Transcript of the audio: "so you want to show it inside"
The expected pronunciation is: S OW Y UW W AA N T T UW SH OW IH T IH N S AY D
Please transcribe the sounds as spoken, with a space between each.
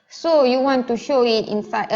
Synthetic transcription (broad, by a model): S OW Y UW W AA N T T UW SH OW IH T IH N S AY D